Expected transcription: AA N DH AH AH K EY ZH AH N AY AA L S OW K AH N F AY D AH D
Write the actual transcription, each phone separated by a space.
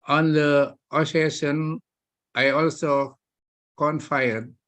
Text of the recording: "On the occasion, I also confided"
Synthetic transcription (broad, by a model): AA N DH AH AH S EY SH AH N AY AA L S OW K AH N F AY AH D